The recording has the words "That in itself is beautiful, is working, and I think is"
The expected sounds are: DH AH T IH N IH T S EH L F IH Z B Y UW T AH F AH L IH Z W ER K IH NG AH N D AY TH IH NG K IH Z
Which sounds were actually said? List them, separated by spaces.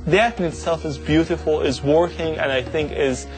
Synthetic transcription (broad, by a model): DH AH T IH N IH T S EH L F IH Z B Y UW T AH F L IH Z W ER K IH NG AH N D AY TH IH NG K IH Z